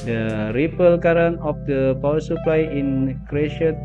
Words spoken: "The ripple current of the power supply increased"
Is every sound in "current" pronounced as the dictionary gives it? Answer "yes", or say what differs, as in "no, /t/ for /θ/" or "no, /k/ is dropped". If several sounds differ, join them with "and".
no, /t/ is dropped